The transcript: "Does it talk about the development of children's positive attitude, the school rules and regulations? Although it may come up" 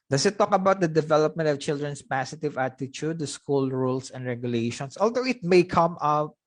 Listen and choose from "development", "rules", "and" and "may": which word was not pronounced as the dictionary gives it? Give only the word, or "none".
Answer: rules